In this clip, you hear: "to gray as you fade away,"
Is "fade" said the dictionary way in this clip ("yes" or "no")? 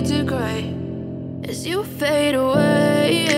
yes